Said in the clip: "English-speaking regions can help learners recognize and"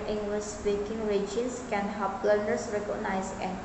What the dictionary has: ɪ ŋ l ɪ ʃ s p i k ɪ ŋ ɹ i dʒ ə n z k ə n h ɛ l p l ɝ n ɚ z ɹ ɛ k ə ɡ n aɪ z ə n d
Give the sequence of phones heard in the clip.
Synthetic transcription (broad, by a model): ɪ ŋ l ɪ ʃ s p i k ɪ ŋ ɹ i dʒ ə n s k ə n h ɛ p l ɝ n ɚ s ɹ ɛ k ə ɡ n aɪ s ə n